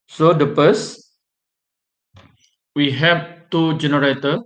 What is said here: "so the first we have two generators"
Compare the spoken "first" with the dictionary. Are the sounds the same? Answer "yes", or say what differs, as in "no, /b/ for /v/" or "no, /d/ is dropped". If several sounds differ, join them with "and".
no, /p/ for /f/